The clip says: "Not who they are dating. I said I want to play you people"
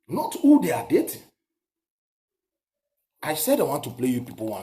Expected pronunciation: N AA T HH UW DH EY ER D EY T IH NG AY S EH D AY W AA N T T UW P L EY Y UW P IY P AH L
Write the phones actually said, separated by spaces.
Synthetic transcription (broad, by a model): N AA T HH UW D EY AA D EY T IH AY S EH D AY W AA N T T UW P L EY Y UW P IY P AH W